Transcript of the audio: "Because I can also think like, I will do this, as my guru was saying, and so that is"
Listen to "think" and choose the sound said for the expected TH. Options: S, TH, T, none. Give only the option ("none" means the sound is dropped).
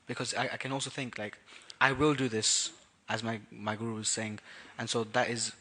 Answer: TH